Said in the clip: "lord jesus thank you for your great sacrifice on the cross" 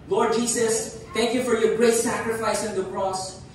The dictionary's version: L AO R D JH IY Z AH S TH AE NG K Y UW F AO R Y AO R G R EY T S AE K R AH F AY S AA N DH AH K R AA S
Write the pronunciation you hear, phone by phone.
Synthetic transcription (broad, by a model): L AO R D JH IY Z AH S T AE NG K Y UW F AO R Y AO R G R EY T S AE K R AH F AY S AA N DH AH K R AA S